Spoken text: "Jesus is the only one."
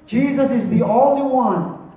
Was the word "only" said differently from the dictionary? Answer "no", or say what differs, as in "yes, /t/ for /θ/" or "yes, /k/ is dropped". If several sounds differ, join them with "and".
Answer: yes, /n/ is dropped